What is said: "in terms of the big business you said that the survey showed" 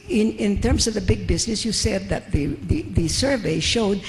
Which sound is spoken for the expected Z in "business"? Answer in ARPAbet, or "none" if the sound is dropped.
Z